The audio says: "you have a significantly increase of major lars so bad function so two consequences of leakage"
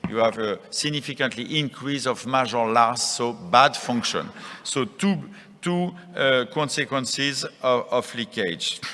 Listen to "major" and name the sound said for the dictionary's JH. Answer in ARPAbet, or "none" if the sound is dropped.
ZH